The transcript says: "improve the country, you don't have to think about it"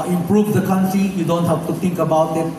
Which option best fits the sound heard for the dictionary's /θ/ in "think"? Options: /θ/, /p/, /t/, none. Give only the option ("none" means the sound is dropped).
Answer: /t/